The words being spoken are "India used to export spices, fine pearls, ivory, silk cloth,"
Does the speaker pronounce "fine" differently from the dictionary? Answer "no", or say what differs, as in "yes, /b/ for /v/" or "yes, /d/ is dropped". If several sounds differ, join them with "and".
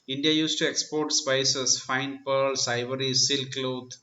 no